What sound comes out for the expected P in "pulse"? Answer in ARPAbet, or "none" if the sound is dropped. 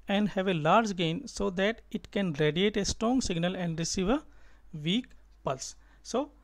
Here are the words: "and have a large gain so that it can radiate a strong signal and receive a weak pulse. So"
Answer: P